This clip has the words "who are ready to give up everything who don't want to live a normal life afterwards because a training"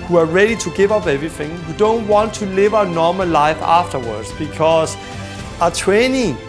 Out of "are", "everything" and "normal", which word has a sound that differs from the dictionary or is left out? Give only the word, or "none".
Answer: none